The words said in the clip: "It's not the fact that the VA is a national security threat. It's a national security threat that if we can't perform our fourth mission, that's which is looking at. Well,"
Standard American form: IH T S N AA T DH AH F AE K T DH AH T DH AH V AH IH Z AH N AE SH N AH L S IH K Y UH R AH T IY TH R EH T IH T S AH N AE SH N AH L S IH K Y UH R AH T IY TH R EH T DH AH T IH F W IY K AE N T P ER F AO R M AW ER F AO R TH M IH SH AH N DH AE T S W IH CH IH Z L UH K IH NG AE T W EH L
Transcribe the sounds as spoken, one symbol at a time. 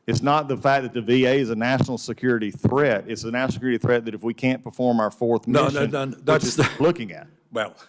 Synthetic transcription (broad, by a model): IH T S N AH T DH AH F AE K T DH AH T DH AH V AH IH Z AH N AE SH N L S IH K Y UH R AH T IY TH R EH T IH T S AH N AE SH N S IH K Y UH R AH T IY TH R EH T DH AH T IH F W IY K AE N P ER F AO R M AW ER F AO R TH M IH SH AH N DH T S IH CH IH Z L UH K IH NG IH T W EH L